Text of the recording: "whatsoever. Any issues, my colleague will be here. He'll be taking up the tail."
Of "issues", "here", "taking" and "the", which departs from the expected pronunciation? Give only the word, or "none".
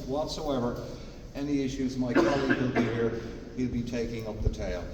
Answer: none